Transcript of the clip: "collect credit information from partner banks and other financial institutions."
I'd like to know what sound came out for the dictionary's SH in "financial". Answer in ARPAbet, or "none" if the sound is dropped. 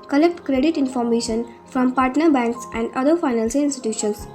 S